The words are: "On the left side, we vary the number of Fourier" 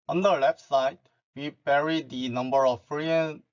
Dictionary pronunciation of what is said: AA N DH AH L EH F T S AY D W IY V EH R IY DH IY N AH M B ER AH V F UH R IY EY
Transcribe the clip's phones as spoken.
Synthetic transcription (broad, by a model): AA N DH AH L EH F S AY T W IY P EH R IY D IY N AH M B ER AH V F R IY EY